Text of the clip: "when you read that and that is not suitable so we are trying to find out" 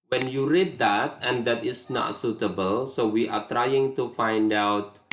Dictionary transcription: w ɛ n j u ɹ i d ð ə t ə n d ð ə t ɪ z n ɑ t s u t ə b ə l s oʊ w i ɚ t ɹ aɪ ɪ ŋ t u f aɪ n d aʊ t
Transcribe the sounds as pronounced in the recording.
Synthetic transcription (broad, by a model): w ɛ n j u ɹ i d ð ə t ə n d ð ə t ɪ s n ɑ t s u t ə b ə l s oʊ w i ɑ t ɹ aɪ ɪ ŋ t u f aɪ n d aʊ t